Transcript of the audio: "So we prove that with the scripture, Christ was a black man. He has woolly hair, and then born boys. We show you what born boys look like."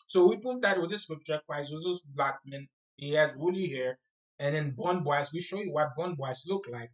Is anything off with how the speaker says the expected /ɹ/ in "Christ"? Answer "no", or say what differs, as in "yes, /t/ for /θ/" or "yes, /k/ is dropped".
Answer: yes, /w/ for /ɹ/